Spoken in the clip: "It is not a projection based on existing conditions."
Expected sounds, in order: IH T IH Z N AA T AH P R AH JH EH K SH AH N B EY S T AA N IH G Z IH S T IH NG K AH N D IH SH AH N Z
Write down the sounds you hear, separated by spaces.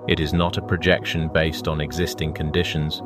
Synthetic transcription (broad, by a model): IH T IH Z N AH T AH P R AH JH EH K SH AH N B EY S T N IH G Z IH S T IH NG K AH N D IH SH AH N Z